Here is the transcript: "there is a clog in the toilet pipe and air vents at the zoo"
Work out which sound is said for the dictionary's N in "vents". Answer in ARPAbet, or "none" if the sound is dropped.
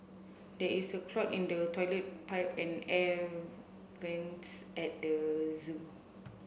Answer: N